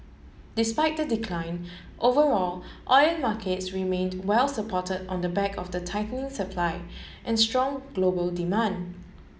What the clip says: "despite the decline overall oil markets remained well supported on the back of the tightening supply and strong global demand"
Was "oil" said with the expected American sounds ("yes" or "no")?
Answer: no